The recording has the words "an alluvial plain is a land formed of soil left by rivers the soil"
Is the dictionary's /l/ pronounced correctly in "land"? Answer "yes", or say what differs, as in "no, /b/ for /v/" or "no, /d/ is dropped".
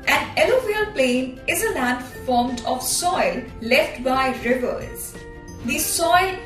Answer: yes